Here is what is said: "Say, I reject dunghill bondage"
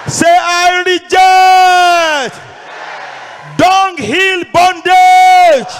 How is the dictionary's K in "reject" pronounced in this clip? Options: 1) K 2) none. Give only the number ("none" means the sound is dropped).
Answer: 2